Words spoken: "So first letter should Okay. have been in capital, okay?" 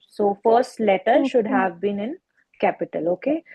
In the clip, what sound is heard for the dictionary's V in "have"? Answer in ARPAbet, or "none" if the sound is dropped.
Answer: V